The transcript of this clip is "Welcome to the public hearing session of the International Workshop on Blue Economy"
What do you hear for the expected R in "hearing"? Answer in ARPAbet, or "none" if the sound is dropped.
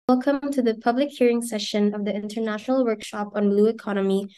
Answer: R